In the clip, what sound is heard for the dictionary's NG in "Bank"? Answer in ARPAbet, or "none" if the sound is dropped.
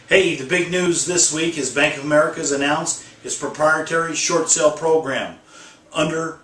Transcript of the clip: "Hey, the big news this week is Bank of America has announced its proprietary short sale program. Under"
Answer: NG